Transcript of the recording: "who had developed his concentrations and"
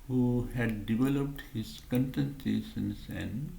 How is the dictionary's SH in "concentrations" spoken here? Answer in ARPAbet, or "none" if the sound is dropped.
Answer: S